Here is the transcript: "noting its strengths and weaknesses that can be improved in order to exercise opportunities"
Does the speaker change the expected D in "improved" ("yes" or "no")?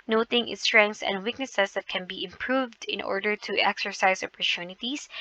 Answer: no